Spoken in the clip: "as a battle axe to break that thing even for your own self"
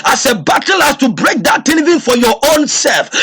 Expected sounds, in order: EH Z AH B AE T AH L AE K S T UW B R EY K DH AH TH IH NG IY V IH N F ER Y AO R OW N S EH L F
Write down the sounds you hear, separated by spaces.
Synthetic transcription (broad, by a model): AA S AH B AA T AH L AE S T UW B R EY K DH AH T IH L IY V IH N F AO Y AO OW N S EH L F